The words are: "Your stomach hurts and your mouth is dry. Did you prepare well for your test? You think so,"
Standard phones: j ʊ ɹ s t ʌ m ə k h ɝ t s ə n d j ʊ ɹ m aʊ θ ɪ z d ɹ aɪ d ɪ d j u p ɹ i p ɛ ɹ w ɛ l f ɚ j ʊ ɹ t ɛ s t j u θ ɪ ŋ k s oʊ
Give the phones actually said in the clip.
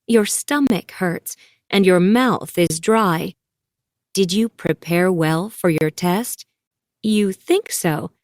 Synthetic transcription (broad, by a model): j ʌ ɹ s t ʌ m ə k h ɝ t s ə n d j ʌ ɹ m aʊ θ ɪ z d ɹ aɪ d ɪ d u p ɹ i p ɛ ɹ w ɛ l f ɚ j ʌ ɹ t ɛ s t j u θ ɪ ŋ k s oʊ